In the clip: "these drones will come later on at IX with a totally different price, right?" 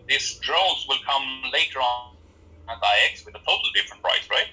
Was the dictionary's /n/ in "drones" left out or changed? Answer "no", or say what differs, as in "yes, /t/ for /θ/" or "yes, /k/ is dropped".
yes, /l/ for /n/